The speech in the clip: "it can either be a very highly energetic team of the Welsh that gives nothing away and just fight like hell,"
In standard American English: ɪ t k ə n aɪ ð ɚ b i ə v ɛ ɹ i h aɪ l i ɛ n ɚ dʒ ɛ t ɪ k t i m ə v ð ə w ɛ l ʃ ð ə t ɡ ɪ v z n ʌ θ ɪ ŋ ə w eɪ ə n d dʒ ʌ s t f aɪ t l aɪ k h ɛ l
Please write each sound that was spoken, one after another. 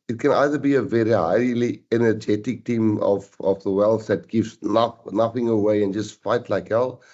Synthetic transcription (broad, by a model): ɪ t k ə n aɪ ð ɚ b i ə v ɛ ɹ i h aɪ l i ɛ n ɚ dʒ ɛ t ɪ k t i m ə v ð ə w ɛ l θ ð ə t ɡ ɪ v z n ʌ θ ɪ ŋ ə w eɪ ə n dʒ ʌ s t f aɪ t l aɪ k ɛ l